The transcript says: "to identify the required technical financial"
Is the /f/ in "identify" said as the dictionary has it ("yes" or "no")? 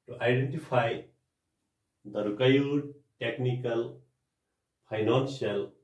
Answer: no